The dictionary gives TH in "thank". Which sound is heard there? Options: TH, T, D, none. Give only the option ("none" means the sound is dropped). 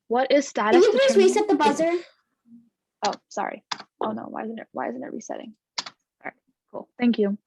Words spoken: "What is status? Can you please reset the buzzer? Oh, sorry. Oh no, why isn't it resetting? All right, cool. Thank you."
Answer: TH